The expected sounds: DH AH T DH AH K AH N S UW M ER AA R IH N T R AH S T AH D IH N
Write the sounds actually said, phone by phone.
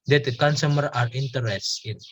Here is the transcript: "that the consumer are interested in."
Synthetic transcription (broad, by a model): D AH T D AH K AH N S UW M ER AA R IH N T AH T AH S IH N